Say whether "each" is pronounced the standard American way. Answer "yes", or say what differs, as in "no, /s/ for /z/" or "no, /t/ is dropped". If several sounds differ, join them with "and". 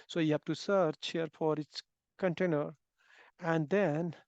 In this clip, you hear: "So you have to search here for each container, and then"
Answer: no, /s/ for /tʃ/